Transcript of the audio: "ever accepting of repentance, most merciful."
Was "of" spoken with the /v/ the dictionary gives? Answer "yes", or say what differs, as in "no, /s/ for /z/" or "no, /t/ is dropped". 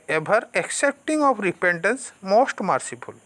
no, /p/ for /v/